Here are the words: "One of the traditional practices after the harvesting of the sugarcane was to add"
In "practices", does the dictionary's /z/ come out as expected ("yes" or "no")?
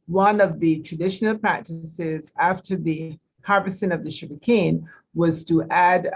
yes